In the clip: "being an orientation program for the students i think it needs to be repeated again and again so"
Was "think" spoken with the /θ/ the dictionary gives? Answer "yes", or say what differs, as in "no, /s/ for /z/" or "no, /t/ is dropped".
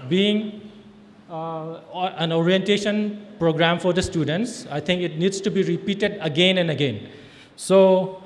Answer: no, /t/ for /θ/